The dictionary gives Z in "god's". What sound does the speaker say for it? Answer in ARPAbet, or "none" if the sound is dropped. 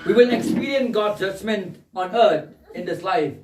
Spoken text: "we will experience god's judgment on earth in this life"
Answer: none